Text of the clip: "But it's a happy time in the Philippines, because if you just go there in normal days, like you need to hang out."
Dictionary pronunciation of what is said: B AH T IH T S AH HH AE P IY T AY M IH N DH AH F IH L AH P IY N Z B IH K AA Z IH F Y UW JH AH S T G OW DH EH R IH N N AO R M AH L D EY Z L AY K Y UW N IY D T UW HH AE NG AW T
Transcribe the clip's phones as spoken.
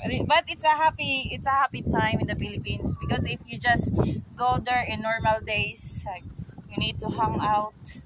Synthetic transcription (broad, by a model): B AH T IH T S AH HH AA P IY T AY M IH N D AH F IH L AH P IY N S B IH K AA S IH F Y UW JH AH S T G OW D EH R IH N N AO R M AH L D EY S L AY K Y UW N IY D T UW HH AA NG AW T